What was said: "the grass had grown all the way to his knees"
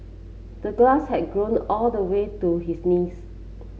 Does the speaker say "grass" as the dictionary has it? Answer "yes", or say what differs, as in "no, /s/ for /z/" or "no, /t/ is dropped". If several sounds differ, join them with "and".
no, /l/ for /ɹ/